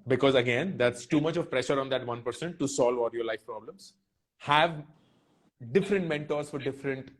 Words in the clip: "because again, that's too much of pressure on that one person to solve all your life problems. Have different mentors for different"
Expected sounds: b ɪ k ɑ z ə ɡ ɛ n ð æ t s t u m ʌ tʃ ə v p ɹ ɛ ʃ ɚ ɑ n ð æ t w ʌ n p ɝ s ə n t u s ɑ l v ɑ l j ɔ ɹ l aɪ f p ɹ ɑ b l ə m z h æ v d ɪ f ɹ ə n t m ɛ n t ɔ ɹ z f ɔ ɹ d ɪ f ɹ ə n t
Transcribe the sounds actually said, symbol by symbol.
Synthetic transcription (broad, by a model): b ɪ k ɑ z ə ɡ ɛ n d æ t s t u m ʌ tʃ ə v p ɹ ɛ ʃ ɚ ɑ n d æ t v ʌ n p ɝ s ə n t u s ɑ l v ɑ l j ɔ ɹ l aɪ f p ɹ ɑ b l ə m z h æ v d ɪ f ɹ ə n t m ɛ n t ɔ ɹ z f ɔ ɹ d ɪ f ɹ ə n t